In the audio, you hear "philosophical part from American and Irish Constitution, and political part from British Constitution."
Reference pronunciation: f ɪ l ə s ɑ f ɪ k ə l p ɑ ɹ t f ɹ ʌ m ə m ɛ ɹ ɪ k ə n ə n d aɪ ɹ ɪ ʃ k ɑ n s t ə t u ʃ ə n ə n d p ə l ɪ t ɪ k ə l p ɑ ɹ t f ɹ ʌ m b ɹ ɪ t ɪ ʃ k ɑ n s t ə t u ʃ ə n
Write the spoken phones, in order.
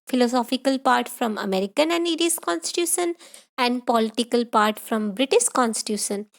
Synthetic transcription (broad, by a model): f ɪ l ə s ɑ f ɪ k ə l p ɑ ɹ t f ɹ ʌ m ə m ɛ ɹ ɪ k ə n ə n d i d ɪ s k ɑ n s t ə t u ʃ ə n ə n d p ə l ɪ t ɪ k ə l p ɑ ɹ t f ɹ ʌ m b ɹ ɪ t ɪ ʃ k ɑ n s t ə t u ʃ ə n